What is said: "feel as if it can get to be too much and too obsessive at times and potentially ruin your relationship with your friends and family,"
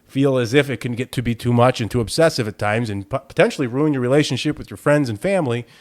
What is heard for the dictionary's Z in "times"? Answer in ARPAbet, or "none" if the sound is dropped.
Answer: Z